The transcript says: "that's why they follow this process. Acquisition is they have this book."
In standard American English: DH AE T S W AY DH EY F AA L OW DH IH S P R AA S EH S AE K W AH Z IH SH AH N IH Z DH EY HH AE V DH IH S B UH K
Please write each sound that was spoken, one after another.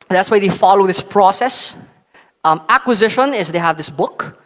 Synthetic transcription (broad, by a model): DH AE T S W AY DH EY F AA L OW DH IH S P R AA S EH S AE K W AH Z IH SH AH N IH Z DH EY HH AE V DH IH S B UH K